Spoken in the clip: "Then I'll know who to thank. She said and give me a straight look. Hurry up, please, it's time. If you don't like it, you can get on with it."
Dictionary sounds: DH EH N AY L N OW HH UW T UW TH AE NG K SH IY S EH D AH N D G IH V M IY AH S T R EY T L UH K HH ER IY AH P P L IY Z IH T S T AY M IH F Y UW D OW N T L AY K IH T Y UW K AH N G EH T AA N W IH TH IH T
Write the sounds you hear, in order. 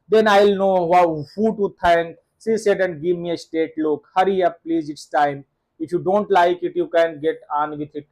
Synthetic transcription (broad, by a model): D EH N AY L N OW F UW T UW T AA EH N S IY S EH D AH N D G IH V M IY AH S T EY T L UH K HH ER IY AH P P L IY Z IH T S T AY M IH F Y UW D OW N T L AY K IH T Y UW K AH N G EH T AA N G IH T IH T